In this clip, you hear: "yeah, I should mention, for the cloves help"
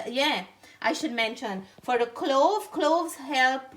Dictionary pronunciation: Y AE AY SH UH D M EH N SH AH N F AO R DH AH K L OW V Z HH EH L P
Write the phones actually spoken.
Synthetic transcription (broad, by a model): Y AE AY SH UH D M EH N SH AH N F AO R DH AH K L OW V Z HH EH L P